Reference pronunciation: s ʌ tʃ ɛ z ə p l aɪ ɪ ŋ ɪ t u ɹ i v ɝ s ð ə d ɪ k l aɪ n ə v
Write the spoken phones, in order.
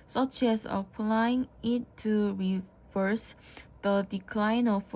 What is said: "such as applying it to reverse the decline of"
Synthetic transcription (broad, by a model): s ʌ tʃ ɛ s ə p l aɪ ɪ ŋ ɪ t u ɹ i v ɝ s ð ə d ɪ k l aɪ n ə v